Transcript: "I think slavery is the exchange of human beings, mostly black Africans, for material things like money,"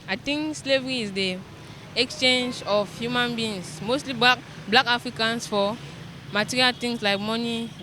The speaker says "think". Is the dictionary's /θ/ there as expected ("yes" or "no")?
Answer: no